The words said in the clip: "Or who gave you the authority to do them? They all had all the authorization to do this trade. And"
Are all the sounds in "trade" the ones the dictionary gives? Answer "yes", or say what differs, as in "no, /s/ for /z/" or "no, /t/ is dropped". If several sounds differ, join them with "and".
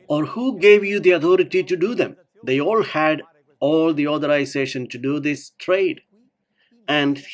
yes